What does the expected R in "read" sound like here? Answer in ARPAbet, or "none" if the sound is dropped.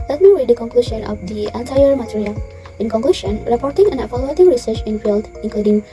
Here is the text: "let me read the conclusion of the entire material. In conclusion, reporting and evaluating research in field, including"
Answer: W